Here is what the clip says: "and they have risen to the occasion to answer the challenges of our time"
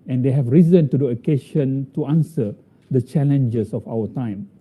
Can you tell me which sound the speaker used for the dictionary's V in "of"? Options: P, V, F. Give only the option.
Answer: F